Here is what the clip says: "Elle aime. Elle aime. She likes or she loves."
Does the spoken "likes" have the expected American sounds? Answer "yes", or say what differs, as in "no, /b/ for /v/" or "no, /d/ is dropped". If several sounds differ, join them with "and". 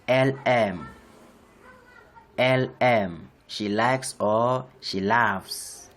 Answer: yes